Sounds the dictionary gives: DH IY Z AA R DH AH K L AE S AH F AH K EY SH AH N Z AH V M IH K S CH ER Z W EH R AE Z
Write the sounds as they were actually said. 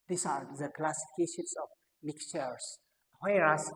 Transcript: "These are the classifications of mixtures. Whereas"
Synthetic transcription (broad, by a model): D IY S AA R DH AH K L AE S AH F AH K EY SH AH N S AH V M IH K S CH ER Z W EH R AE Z